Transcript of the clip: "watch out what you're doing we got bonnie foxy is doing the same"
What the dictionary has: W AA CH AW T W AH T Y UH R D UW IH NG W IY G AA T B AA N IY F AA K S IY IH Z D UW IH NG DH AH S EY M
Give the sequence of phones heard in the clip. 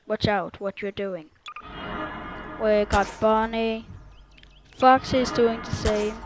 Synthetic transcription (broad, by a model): W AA CH AW T W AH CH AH R D UW IH NG W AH G AA T B AA N IY F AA K S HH IH Z D UW IH NG DH AH S EY M